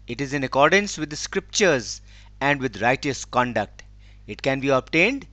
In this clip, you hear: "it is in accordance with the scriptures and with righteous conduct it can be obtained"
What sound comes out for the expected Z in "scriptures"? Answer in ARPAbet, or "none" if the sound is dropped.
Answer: Z